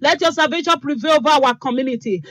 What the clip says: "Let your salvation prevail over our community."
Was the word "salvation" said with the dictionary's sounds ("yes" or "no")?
no